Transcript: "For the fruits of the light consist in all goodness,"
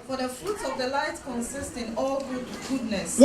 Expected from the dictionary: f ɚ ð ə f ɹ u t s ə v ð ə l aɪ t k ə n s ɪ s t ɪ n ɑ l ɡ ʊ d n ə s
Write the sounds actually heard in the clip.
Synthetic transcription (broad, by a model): f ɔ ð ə f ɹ u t ə v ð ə l aɪ t k ə n s ɪ s t ɪ n ɑ l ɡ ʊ d n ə s